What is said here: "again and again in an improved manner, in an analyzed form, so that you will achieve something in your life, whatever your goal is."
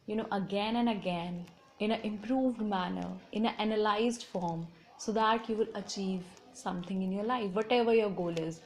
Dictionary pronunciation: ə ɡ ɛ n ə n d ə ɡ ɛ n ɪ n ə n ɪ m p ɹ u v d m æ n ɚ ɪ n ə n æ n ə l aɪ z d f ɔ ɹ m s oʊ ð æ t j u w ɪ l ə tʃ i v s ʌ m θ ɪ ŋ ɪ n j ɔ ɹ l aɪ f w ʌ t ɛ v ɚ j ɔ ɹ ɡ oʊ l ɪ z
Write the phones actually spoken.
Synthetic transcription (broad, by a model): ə ɡ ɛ n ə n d ə ɡ ɛ n ɪ n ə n ɪ m p ɹ u v d m æ n ɚ ɪ n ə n æ n ə l aɪ z d f ɔ ɹ m s oʊ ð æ t j u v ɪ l ə tʃ i v s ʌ m t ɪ ŋ ɪ n j ɔ ɹ l aɪ f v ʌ t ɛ v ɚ j ɔ ɹ ɡ oʊ l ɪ z